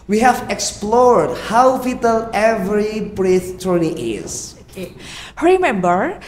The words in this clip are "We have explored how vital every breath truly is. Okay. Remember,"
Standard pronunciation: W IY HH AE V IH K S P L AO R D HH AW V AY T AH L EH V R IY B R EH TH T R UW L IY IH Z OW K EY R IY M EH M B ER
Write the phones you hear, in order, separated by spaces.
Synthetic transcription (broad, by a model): W IY HH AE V IH K S P L AO R D HH AW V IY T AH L EH V R IY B R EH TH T UW N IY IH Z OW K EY R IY M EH M B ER